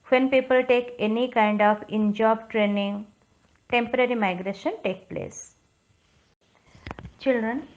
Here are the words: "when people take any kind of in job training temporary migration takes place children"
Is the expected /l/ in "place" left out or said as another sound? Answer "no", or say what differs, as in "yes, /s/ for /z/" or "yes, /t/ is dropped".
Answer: no